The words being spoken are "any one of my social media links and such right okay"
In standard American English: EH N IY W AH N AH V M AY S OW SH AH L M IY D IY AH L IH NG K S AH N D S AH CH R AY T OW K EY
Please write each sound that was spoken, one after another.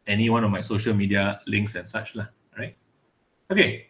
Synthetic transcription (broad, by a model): EH N IY W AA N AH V M AY S OW SH AH L M IY D IY AH L IH NG K S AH N S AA CH R AY T OW K EY